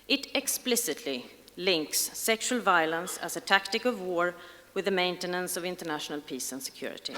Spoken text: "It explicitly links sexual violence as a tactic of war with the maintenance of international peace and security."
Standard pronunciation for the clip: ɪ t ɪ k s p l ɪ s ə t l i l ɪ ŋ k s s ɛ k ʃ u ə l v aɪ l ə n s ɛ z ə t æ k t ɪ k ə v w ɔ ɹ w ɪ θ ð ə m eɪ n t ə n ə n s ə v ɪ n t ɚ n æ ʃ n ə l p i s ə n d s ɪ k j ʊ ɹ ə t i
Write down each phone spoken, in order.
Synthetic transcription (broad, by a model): ɪ t ɪ k s p l ɪ s ə t l i l ɪ ŋ k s s ɛ k ʃ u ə l v aɪ l ə n s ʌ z ə t æ k t ɪ k ə v w ɔ ɹ w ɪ ð ə m eɪ n t ə n ə n s ə v ɪ n t ɚ n æ ʃ n ə l p i s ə n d s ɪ k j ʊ ɹ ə t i